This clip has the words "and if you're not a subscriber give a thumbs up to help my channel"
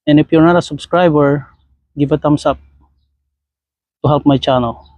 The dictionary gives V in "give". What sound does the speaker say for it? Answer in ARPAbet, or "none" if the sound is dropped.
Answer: B